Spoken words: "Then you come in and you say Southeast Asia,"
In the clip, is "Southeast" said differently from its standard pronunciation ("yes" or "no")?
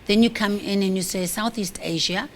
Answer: no